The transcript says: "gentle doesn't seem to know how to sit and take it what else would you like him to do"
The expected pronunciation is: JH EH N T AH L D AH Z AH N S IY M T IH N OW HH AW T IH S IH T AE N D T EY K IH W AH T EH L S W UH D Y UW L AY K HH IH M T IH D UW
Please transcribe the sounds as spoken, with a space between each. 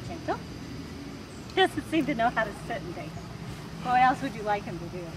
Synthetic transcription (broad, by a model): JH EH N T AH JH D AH S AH S IY M T IH N OW HH AW T IH S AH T N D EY IH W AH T EH L S W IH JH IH L AY K HH IH M T IH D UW